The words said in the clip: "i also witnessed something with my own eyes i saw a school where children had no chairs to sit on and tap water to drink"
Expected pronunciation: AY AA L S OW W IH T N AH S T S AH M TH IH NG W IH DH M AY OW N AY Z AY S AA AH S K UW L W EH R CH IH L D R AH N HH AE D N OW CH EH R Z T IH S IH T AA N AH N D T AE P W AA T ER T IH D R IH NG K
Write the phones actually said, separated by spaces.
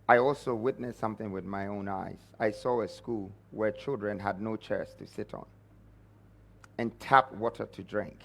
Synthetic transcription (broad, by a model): AY AA L S OW W IH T N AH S S AH M TH IH NG W IH DH M AY OW N AY Z AY S AA AH S K UW L W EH R CH IH L D R AH N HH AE D N OW CH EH R S T IH S IH T N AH N T AE P W AA T ER T IH D R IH NG K